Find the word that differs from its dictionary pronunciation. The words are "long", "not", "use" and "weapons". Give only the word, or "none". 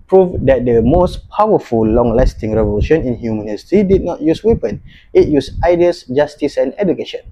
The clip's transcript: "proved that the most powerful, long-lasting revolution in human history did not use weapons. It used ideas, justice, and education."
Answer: weapons